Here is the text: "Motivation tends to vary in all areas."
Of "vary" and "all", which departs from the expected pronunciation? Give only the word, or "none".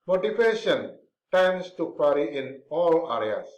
vary